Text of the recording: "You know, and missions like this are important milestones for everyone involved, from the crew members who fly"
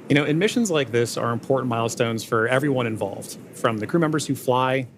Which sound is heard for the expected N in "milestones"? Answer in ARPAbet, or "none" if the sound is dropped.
N